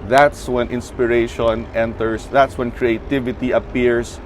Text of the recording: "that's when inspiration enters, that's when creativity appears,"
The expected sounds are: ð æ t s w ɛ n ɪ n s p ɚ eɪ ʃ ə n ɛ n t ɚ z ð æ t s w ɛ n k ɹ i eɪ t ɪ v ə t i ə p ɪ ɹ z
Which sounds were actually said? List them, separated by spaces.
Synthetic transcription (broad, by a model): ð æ t s w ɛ n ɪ n s p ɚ eɪ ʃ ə n ɛ n t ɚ s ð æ t s w ɛ n k ɹ i eɪ t ɪ v ə t i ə p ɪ ɹ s